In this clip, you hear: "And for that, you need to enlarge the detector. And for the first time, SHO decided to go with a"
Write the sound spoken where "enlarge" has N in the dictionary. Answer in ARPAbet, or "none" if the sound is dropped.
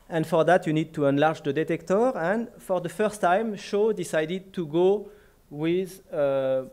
N